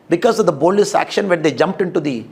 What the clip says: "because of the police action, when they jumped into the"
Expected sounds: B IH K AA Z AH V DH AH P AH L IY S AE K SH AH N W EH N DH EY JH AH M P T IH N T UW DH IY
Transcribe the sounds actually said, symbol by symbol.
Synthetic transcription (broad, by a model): B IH K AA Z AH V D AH B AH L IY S AE K SH AH N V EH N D EY JH AH M P T IH N T UW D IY